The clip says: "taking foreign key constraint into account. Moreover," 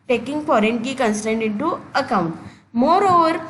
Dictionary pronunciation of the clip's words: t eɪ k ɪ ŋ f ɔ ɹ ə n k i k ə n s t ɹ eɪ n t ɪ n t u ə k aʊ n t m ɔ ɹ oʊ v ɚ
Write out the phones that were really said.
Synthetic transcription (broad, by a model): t eɪ k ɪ ŋ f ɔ ɹ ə n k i k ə n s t eɪ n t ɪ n t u ə k aʊ n t m ɔ ɹ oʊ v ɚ